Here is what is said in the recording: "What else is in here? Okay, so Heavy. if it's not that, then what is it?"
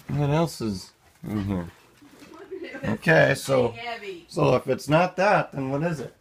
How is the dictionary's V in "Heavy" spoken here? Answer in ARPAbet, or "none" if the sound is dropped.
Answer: none